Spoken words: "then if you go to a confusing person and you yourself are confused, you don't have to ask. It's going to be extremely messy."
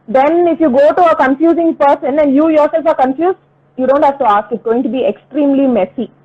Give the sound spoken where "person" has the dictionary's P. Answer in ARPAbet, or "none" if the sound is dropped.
P